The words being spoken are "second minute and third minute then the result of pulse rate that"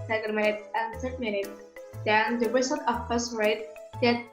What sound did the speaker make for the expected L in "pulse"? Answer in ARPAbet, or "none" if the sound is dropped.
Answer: none